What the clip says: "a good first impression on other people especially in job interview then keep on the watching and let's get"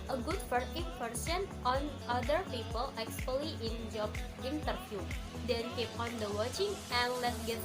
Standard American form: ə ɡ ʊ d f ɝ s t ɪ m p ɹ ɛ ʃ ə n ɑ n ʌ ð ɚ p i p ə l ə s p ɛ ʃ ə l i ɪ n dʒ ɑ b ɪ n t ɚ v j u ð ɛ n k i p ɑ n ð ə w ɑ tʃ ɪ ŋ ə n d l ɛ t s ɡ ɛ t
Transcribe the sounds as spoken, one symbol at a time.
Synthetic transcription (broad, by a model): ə ɡ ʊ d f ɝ t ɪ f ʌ ɹ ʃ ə n ɑ n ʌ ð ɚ p i p ə l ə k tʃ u ə l i ɪ n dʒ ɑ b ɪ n t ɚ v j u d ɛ n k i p ɑ n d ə w ɑ tʃ ɪ ŋ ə n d l ɛ t s ɡ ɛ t